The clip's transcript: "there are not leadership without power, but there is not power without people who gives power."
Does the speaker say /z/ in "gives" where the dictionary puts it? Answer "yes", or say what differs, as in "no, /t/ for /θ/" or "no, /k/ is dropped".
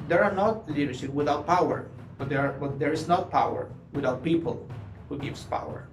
no, /s/ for /z/